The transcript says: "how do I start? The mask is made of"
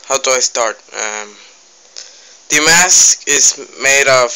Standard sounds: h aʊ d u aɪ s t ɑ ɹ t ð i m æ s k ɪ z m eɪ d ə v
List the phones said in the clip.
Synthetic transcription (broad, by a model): h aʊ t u aɪ s t ɑ ɹ t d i m æ s k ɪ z m eɪ d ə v